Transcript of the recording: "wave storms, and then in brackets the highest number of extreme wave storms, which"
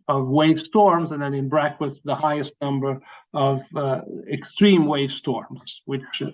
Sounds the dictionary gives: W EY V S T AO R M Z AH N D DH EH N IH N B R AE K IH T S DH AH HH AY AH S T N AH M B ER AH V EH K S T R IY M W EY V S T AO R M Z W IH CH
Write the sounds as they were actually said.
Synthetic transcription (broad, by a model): W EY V S T AO R M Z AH N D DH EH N IH N B R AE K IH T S DH AH HH AY AH S T N AH M B ER AH V EH K S T R IY M W EY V S T AO R M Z W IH CH